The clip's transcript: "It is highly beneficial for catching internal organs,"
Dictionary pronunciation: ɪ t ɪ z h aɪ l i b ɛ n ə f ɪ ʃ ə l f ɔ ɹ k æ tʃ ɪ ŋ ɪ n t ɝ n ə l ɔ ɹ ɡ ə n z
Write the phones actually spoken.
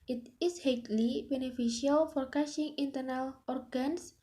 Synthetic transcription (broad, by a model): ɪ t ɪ s h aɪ l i b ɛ n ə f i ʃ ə l f ɔ ɹ k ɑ ʃ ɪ ŋ ɪ n t ɝ n ə l ɔ ɹ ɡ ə n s